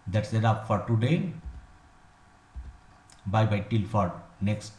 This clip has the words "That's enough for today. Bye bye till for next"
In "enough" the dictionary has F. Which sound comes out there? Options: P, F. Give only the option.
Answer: P